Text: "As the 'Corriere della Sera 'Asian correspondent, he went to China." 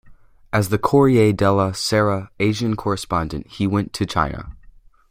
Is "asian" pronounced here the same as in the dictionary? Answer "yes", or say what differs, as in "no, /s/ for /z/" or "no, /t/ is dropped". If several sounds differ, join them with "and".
yes